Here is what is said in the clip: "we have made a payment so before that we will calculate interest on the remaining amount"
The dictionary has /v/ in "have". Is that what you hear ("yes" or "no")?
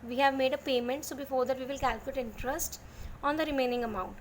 yes